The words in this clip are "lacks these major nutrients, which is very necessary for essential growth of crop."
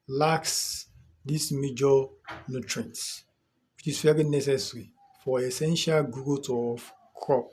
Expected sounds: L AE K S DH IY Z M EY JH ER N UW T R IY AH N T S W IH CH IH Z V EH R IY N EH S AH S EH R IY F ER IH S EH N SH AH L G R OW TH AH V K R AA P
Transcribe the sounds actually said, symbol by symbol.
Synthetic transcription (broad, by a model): L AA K S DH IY S M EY JH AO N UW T R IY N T W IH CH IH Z F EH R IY N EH S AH S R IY F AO IH S EH N SH AH L G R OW T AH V K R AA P